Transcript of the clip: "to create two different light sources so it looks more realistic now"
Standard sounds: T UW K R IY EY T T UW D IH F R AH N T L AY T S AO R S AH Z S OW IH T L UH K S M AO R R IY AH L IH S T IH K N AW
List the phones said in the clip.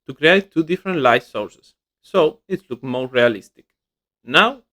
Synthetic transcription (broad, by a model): T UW K R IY EY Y T UW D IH F R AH N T L AY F S AO R S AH S OW IH T L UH K M AO R R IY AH L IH S T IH K N AW